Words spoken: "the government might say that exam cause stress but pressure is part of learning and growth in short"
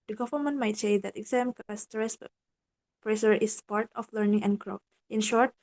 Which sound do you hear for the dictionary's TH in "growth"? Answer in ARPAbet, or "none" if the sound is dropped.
F